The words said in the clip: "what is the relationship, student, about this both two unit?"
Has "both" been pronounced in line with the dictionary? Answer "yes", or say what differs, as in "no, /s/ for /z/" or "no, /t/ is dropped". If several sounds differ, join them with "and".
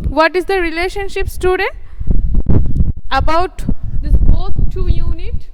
no, /s/ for /θ/